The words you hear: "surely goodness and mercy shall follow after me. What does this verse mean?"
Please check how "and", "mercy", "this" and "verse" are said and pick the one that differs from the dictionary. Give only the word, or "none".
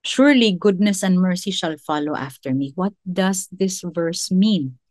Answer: none